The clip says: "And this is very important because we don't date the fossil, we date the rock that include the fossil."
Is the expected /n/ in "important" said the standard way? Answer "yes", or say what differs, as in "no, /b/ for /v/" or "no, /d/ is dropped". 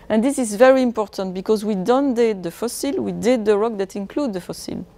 yes